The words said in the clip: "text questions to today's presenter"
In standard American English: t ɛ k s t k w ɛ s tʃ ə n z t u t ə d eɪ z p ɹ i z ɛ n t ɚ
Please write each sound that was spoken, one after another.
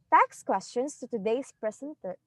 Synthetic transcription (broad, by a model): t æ k s k w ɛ s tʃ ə n s t u t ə d eɪ s p ɹ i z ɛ n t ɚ